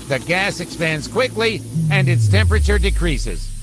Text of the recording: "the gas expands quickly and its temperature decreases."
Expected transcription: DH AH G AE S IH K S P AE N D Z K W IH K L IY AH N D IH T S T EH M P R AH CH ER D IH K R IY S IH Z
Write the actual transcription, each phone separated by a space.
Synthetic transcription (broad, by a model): DH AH G AE S IH K S P AE N D Z K W IH K L IY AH N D IH T S T EH M P R AH CH ER D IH K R IY S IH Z